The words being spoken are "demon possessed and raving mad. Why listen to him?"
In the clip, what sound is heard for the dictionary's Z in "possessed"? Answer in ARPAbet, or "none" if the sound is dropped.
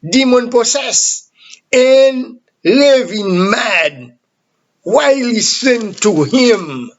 S